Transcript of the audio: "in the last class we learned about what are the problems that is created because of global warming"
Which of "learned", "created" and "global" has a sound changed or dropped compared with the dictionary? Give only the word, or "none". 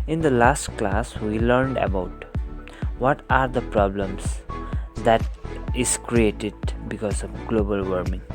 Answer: none